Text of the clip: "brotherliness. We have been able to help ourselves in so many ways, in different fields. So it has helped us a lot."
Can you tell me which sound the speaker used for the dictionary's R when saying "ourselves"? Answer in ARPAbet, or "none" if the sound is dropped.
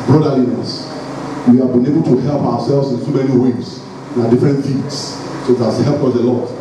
W